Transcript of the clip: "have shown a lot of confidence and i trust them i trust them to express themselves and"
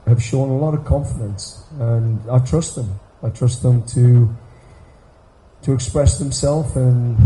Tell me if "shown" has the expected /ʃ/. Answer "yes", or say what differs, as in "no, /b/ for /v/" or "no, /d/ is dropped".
yes